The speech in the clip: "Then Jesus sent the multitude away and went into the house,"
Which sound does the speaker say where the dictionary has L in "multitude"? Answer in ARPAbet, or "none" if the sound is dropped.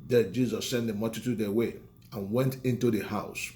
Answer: none